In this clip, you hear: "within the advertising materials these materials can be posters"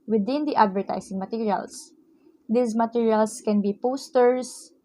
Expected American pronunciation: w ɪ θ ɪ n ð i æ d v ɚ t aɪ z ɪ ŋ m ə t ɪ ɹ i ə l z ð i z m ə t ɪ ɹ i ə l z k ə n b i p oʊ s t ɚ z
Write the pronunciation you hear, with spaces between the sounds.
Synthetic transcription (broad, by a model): w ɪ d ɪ n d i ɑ d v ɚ t aɪ s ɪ ŋ m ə t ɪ ɹ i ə l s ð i s m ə t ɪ ɹ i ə l s k ə n b i p oʊ s t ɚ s